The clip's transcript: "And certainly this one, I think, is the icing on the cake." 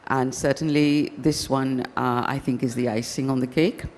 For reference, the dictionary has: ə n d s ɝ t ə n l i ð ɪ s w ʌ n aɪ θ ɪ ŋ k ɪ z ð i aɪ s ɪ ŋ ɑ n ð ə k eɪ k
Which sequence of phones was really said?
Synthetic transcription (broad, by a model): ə n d s ɝ t n l i ð ɪ s w ʌ n aɪ θ ɪ ŋ k ɪ z ð i aɪ s ɪ ŋ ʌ n ð ə k eɪ k